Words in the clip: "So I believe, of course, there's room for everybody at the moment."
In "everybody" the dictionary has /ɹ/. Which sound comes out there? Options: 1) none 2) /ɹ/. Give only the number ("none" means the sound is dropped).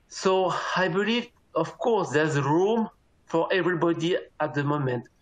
2